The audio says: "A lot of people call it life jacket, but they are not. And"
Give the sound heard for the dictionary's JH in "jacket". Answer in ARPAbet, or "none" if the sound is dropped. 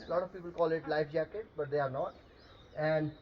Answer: JH